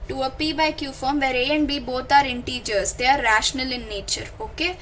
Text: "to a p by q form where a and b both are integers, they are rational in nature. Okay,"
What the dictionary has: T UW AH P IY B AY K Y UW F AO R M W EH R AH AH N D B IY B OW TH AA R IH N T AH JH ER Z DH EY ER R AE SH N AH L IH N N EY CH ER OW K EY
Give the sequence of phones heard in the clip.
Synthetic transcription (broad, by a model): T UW AH P IY B AY K Y UW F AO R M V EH R AH AH N D B IY B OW T AA R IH N T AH JH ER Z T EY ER R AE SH N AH L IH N N EY CH ER OW K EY